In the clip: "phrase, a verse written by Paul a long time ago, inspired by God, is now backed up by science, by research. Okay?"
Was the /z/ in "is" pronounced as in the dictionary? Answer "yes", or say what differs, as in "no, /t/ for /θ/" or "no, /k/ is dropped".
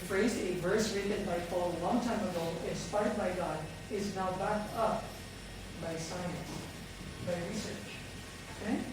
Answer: yes